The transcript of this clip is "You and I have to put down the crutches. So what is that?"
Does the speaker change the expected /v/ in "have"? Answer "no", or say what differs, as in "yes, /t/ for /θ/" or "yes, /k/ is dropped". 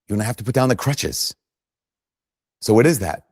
yes, /f/ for /v/